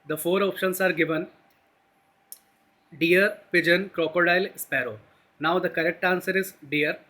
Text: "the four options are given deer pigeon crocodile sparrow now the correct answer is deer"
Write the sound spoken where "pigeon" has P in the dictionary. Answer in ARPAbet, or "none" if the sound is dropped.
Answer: P